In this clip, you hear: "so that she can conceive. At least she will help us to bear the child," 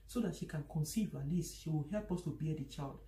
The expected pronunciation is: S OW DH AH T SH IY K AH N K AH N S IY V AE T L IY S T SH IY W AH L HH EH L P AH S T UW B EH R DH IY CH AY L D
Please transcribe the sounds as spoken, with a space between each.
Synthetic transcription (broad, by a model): S OW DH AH T SH IY K AH N K AH N S IY V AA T L IY S T SH IY W AH L HH EH L P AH S T UW B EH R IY CH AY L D